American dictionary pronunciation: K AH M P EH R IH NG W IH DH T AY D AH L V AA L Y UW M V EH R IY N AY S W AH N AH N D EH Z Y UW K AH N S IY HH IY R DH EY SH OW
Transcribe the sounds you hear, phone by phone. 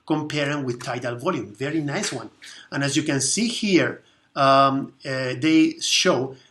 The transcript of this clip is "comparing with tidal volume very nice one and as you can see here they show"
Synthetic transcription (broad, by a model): K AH M P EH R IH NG W IH DH T AY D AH L V AA L Y UW M V EH R IY N AY S W AH N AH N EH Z Y UW K AH N S IY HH IY R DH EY SH OW